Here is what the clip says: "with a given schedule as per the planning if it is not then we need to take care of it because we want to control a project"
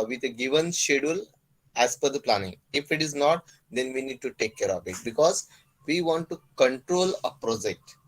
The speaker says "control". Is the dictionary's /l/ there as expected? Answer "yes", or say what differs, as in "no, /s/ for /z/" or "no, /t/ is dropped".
yes